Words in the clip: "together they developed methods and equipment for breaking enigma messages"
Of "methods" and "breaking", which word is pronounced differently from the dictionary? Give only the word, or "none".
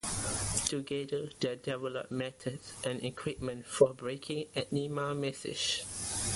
methods